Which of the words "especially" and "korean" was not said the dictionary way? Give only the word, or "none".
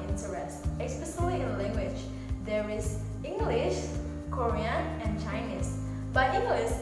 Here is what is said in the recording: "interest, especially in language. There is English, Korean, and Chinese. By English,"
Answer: especially